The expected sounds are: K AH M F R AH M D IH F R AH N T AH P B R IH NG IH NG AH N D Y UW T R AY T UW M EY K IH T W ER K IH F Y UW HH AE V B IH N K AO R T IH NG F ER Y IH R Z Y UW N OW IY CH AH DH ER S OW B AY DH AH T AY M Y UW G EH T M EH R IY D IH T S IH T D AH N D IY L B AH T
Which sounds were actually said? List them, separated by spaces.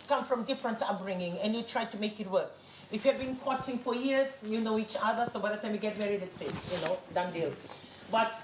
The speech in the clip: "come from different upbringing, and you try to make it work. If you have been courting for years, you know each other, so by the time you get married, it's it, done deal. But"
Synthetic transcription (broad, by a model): K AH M F R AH M D IH F R AH N T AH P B R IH NG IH NG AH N Y UW T R AY T UW M EY K IH T W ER K IH F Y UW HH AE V B IH N K AO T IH NG F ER Y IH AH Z Y UW N OW IY CH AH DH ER S OW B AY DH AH T AY M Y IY G EH T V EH R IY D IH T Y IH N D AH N D IY L B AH T